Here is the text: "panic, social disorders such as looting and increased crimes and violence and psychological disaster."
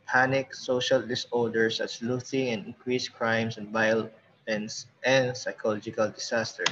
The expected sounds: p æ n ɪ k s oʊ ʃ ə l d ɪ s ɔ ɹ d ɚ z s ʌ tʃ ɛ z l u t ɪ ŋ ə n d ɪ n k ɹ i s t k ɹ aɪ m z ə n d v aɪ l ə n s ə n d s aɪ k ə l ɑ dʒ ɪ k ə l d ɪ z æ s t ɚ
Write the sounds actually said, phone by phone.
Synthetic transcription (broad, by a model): p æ n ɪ k s oʊ ʃ ə l d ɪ s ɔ l d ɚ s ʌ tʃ l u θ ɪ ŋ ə n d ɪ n k ɹ i s k ɹ aɪ m s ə n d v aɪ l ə n s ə n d s aɪ k ə l ɑ dʒ ɪ k ə l d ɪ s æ s t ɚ